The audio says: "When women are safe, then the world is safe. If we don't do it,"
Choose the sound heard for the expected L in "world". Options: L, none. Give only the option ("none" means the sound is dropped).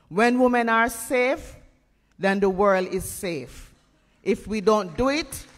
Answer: L